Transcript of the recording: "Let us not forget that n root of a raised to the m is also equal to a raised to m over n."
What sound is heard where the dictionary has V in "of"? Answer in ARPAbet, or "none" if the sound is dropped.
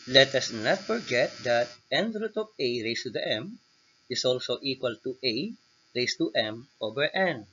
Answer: P